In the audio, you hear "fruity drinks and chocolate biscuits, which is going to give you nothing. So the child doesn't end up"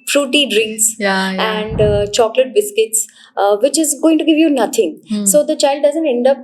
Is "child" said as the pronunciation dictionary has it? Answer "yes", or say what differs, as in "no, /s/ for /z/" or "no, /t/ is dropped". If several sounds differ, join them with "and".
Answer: yes